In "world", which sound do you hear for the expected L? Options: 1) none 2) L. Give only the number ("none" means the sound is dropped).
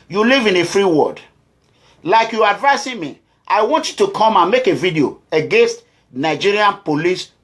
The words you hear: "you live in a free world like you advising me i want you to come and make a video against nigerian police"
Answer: 1